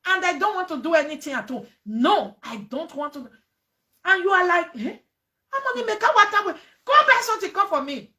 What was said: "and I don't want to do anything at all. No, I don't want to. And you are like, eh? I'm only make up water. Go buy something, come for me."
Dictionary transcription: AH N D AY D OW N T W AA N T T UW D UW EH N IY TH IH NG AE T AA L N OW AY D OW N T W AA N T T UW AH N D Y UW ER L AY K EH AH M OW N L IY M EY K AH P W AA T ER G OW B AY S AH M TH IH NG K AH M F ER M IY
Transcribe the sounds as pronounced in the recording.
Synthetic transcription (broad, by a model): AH N D AY D OW N T W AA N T T UW D UW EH N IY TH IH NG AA T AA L N OW AY D OW N T W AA N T T UW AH N Y UW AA L AY K EH AH M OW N IY M EY K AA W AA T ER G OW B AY S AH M T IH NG K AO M F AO M IY